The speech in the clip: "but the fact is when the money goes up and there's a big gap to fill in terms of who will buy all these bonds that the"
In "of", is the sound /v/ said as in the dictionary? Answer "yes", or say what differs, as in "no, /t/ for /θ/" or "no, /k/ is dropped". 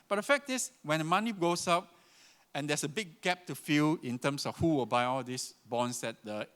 no, /f/ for /v/